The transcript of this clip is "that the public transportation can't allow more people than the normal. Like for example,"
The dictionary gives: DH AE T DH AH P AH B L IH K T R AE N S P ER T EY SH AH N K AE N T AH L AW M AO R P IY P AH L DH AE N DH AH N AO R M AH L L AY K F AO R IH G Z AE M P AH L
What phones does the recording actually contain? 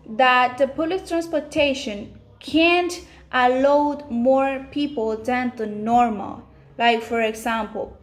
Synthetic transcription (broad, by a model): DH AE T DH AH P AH L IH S T R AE N S P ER T EY SH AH N K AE N T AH L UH M AO R P IY P AH L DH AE N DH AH N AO R M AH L L AY K F AO R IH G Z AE M P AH L